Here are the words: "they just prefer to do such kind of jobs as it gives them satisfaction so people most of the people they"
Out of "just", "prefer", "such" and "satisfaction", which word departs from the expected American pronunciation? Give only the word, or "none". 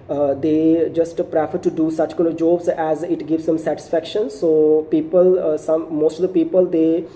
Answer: none